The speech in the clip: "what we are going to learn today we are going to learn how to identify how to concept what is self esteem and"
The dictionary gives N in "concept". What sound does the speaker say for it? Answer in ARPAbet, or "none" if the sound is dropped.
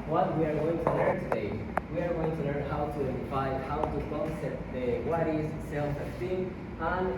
none